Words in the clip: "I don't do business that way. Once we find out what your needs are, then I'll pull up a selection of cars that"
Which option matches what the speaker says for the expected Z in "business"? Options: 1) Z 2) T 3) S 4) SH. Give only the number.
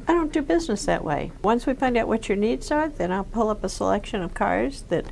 1